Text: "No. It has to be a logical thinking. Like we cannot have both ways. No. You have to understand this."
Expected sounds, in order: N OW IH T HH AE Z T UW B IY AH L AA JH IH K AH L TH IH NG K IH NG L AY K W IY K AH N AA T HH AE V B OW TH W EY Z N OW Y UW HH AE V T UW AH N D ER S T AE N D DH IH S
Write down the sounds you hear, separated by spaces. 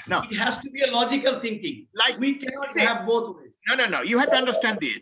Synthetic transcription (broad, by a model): N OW IH T HH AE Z T UW B IY AH L AA JH IH K AH L T IH NG K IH NG L AY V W IY K AH N AA T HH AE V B OW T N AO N N OW Y UW HH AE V T UW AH N D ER S T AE N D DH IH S